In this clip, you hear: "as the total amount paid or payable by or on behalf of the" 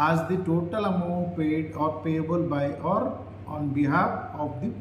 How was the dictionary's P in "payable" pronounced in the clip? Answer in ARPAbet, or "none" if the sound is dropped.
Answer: P